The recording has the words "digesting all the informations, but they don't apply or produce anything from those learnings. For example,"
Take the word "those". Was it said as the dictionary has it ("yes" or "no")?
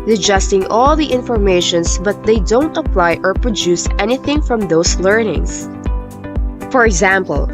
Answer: no